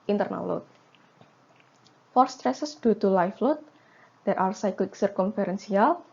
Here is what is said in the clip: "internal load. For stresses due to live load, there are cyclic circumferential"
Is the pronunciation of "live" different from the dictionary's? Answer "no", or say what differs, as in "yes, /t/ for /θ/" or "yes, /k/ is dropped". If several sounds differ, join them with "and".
yes, /f/ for /v/